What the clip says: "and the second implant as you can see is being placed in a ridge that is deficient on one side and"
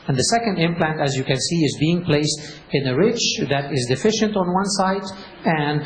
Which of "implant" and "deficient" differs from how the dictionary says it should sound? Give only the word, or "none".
none